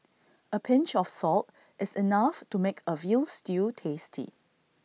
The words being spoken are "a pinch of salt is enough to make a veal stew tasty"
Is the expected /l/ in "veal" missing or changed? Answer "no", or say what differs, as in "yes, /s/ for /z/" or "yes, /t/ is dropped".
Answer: no